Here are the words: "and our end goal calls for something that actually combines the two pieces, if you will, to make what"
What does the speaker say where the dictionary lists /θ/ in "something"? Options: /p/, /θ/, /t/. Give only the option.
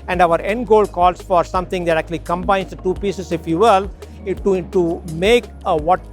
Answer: /t/